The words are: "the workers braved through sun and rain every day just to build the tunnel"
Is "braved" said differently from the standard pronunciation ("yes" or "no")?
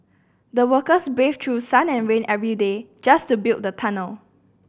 yes